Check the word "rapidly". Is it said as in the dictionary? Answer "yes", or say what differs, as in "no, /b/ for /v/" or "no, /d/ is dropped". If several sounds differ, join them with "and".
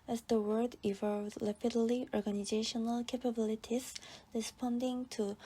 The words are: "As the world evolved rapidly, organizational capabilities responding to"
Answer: no, /l/ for /ɹ/